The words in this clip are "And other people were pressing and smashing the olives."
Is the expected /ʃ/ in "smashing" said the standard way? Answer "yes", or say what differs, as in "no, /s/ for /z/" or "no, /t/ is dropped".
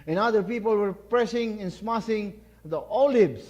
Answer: no, /s/ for /ʃ/